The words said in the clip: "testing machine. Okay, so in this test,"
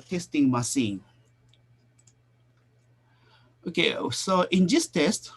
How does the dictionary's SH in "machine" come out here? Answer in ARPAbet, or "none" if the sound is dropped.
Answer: S